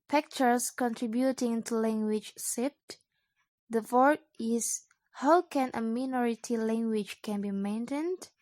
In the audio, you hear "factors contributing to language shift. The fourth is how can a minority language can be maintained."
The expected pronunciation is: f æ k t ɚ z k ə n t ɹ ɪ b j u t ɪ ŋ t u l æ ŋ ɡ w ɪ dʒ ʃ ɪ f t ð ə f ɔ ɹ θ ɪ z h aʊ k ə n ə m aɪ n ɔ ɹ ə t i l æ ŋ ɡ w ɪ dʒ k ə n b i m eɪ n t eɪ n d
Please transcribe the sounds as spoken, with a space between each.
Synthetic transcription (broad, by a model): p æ k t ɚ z k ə n t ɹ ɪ b j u t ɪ ŋ t u l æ ŋ ɡ w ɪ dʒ s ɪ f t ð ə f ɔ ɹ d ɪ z h aʊ k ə n ə m aɪ n ɔ ɹ ə t i l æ ŋ ɡ w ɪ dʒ k ə n b i m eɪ n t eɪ n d